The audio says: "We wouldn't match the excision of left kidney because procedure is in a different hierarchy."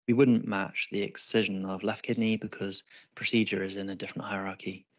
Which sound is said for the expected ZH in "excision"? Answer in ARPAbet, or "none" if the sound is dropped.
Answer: ZH